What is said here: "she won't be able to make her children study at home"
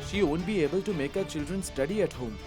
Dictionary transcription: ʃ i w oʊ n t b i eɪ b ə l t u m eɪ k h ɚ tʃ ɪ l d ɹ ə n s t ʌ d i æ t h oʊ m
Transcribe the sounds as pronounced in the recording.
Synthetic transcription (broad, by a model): ʃ i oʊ n b i eɪ b ə l t u m eɪ k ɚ tʃ ɪ l d ɹ ə n s t ʌ d i æ t h oʊ m